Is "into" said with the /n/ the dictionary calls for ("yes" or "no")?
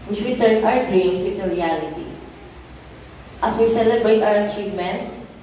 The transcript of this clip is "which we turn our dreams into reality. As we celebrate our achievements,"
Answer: no